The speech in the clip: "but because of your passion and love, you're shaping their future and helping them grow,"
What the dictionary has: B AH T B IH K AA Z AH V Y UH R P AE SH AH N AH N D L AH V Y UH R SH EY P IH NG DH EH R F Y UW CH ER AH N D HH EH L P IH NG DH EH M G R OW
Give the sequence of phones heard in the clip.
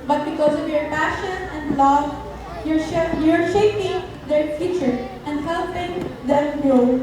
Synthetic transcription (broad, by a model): B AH T B IH K AA Z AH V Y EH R P AE SH AH N AH N D L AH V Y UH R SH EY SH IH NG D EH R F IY CH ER AH N D HH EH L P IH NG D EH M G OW